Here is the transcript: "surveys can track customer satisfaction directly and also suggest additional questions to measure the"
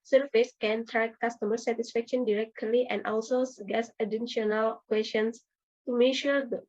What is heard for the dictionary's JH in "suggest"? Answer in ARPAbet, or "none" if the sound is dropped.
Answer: none